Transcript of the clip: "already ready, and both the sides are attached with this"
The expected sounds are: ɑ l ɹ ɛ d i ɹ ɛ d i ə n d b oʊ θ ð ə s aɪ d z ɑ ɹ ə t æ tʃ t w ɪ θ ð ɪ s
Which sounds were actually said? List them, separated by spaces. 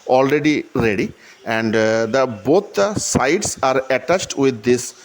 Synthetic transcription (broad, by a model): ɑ l ɹ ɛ d i ɹ ɛ d i ə n d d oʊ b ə s aɪ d s ɑ ɹ ə t æ tʃ t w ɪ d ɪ s